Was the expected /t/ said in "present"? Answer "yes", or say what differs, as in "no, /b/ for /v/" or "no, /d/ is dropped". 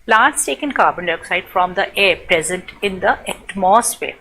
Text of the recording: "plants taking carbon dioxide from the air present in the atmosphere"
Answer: yes